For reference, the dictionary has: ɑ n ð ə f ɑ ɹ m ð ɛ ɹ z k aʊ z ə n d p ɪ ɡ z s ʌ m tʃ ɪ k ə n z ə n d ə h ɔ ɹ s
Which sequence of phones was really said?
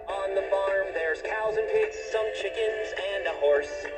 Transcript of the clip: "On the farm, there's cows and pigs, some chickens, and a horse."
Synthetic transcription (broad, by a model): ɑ n ð ə f ɑ ɹ m ð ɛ ɹ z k aʊ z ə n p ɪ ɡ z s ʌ m tʃ ɪ k ə n z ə n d ə h ɔ ɹ s